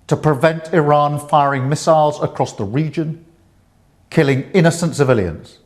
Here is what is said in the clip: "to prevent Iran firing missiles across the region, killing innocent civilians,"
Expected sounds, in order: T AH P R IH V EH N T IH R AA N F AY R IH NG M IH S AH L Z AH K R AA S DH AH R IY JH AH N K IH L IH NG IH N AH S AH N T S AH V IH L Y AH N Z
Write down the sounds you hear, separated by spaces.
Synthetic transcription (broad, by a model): T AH P R IH V EH N T IH R AA N F AY R IH NG M IH S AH L Z AH K R AA S DH AH R IY JH AH N K IH L IH NG IH N AH S AH N T S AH V IH L Y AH N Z